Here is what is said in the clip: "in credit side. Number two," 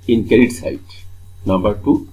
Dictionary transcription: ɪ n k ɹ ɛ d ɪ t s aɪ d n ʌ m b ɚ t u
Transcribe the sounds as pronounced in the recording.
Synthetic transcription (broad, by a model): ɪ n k ɛ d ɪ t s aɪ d n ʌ m b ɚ t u